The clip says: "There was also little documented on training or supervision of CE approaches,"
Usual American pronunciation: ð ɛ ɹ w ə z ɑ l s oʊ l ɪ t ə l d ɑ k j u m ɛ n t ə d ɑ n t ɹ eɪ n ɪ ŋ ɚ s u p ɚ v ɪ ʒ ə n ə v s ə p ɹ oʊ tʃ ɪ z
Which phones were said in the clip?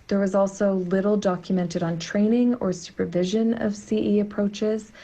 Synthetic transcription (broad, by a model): ð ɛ ɹ w ə z ɑ l s oʊ l ɪ t l d ɑ k j u m ɛ n t ə d n t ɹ eɪ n ɪ ŋ ɚ s u p ɚ v ɪ ʒ ə n ə v s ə p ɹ oʊ tʃ ɪ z